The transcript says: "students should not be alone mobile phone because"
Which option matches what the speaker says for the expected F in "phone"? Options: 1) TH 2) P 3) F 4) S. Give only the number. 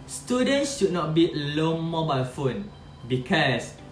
3